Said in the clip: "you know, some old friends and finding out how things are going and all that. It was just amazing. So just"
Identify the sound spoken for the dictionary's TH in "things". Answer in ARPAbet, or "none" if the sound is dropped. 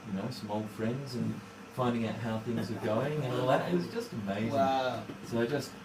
TH